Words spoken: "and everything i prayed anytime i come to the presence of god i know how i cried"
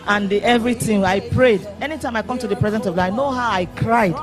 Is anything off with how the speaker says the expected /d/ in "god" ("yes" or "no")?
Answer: yes